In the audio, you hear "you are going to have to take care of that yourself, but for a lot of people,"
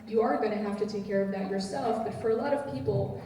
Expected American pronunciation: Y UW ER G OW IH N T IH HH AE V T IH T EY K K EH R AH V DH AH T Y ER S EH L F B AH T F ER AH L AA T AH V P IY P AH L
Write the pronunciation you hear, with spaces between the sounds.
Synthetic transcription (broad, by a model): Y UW ER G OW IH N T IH HH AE F T IH T EY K K EH R AH V DH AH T Y ER S EH L F B AH T F ER AH L AA T AH V P IY P L